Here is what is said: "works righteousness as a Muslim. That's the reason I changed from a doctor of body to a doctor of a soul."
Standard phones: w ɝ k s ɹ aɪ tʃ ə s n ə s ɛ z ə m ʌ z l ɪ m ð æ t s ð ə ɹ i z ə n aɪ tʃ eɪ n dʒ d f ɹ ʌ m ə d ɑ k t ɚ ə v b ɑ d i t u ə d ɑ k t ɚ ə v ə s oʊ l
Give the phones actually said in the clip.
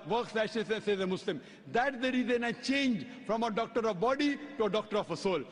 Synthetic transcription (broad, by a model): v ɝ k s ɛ ʃ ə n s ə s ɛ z ə m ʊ s l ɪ m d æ t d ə ɹ i z ə n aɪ tʃ eɪ n dʒ f ɹ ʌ m ə d ɑ k t ɚ ə v b ɑ d i t u ə d ɑ k t ɚ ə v ə s oʊ l